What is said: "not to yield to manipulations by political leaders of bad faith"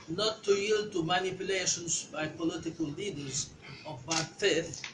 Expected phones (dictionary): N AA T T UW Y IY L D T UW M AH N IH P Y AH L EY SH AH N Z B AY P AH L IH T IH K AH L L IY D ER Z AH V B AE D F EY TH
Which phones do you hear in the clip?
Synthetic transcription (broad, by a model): N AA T T UW Y IY L D T UW M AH N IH P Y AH L EY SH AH N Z B AY P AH L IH T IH K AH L L IY D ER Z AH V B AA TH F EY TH